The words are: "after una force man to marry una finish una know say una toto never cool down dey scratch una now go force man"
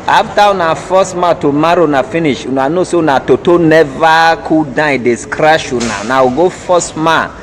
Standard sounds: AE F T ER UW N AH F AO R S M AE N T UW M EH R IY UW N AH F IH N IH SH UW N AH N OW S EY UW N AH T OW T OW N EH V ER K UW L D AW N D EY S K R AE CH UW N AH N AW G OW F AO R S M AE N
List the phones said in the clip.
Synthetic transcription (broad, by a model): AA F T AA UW N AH F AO S M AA T UW M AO R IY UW N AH F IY N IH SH UW N AH N OW S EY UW N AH T OW T OW N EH V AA K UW D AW D EY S K R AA SH UW N AH N AW G OW F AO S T M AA